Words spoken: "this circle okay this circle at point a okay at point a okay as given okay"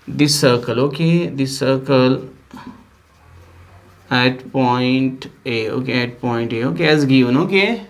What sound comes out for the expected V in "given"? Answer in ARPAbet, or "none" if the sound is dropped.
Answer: none